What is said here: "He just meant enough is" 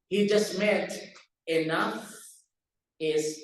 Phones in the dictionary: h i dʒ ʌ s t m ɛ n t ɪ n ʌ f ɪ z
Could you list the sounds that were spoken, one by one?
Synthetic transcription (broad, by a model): h i dʒ ʌ s t m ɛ t ɪ n ʌ f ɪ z